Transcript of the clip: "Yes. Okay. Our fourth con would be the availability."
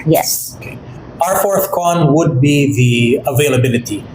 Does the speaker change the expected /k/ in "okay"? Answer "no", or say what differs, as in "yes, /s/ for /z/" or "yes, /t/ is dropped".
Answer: yes, /k/ is dropped